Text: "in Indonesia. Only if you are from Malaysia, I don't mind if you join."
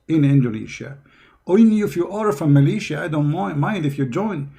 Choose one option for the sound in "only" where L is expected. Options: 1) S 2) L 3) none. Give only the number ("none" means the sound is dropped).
3